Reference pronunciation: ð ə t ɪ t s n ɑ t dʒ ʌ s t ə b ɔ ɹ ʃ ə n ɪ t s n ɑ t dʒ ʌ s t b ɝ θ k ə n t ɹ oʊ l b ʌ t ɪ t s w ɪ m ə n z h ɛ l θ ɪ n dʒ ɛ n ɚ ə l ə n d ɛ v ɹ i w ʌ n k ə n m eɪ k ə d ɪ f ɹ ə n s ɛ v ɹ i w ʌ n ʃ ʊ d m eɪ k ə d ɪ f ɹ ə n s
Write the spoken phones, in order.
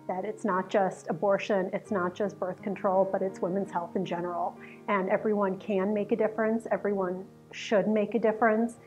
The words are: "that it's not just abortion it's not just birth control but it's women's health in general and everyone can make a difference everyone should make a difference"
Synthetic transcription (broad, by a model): ð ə t ɪ t s n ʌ t dʒ ʌ s t ə b ɔ ɹ ʃ ə n ɪ t s n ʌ t dʒ ʌ s t b ɝ θ k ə n t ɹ oʊ l b ʌ t ɪ t s w ɪ m ə n z h ɛ l θ ɪ n dʒ ɛ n ɚ l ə n ɛ v ɹ i w ʌ n k ə n m eɪ k ə d ɪ f ɹ ə n s ɛ v ɹ i w ʌ n ʃ ʊ d m eɪ k ə d ɪ f ɹ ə n s